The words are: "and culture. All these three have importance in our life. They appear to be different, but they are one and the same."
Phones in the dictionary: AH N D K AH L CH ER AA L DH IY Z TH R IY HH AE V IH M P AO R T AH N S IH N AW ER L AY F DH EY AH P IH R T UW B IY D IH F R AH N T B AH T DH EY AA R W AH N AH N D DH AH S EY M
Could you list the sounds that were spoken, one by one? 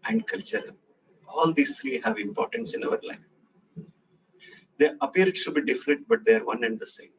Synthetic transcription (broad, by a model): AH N D K AH L CH ER AA L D IY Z T R IY HH AE V IH M P AO R T AH N S IH N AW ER L AY F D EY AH P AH R T UW B IY D IH F R AH N T B AH T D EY AA R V AH N AH N D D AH S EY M